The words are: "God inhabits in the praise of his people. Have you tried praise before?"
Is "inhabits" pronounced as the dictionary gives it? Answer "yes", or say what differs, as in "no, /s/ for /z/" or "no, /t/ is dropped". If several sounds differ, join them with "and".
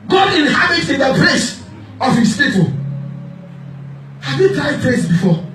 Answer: no, /s/ is dropped